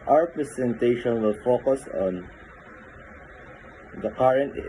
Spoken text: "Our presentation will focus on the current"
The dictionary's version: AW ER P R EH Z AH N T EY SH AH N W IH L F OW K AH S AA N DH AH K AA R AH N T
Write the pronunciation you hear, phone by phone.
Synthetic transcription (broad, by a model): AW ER P R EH S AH N T EY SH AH N W IH L F OW K AH S AA N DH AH K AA R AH N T